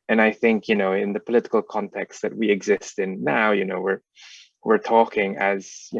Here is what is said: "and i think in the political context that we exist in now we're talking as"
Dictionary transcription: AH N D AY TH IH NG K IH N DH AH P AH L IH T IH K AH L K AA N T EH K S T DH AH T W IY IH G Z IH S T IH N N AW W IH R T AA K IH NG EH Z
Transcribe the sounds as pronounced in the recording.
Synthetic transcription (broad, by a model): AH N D AY TH IH NG K IH N DH AH P AH L IH T IH K AH L K AA N T EH K S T DH AH T W IY IH G Z IH S T IH N N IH W IH R T AA K IH NG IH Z